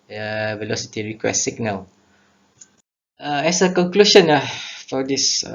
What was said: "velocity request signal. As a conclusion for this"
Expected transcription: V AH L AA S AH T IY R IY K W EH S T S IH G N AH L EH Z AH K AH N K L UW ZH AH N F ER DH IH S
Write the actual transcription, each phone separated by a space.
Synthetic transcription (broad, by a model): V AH L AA S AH T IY R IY K W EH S S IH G N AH W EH S AH K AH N K L UW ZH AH N F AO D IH S